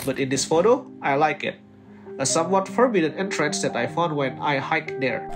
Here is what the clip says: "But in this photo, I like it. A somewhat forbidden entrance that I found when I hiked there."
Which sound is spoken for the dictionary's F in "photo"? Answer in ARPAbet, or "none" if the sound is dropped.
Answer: F